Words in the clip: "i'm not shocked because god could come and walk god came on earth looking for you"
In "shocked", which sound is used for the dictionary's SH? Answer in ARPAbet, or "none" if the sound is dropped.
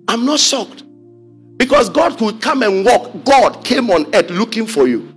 S